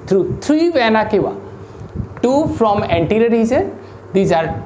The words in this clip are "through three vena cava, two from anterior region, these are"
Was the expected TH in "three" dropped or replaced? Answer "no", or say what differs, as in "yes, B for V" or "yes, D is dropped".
yes, T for TH